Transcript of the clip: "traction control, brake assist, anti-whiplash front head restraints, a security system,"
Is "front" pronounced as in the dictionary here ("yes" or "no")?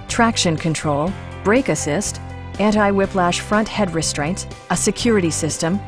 yes